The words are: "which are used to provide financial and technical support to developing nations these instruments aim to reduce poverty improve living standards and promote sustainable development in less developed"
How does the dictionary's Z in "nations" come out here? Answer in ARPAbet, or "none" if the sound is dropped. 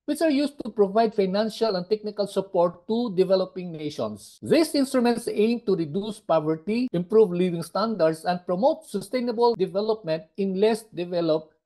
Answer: S